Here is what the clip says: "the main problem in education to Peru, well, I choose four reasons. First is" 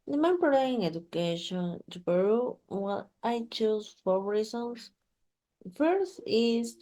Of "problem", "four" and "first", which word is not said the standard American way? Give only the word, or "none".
problem